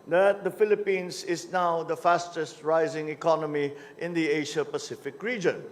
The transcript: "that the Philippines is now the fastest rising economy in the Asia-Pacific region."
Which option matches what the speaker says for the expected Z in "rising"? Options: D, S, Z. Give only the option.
Z